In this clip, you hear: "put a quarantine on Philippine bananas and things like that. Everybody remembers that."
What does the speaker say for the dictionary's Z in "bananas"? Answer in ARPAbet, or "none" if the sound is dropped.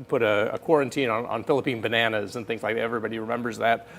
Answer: Z